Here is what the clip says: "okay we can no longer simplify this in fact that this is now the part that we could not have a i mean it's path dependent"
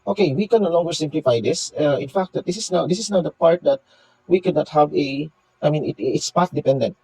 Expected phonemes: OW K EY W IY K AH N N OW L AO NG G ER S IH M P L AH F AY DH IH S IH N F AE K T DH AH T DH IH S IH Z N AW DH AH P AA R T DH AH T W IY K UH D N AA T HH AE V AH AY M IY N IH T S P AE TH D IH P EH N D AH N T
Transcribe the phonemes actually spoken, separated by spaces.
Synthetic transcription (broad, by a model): OW K EY W IY K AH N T L AO NG G ER S IH M P L AH F AY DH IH S IH N F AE K T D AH T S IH S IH S N AW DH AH P AA R T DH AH T W IY K UH D N AA T HH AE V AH AY M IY N IH T S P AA T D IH P EH N D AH N T